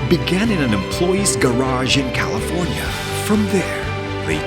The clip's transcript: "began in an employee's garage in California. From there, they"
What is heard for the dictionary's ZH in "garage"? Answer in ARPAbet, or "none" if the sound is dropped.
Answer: ZH